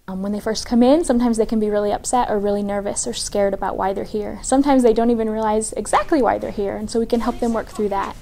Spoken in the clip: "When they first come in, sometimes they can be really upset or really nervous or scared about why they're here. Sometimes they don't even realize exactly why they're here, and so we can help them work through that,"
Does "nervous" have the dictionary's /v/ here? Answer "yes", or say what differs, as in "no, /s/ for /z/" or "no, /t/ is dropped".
yes